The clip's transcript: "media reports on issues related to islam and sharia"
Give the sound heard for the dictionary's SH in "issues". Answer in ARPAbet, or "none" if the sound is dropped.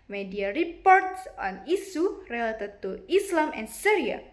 S